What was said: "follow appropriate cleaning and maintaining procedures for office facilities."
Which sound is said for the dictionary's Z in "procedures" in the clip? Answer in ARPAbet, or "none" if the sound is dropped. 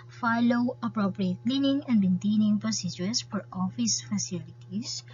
S